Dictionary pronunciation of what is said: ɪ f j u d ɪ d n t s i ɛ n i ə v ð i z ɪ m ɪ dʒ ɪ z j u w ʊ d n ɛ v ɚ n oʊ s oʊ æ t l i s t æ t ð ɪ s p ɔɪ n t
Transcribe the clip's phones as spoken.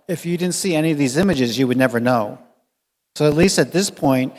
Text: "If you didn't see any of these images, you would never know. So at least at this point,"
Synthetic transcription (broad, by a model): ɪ f j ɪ d ɪ d n t s i ɛ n i ə v ð i z ɪ m ɪ dʒ ɪ z j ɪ w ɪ d n ɛ v ɚ n oʊ s oʊ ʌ t l i s t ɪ t ð ɪ s p ɔɪ n t